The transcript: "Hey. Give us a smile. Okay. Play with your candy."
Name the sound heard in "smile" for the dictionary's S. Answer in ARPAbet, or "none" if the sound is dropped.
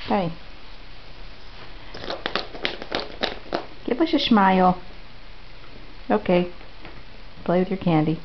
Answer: SH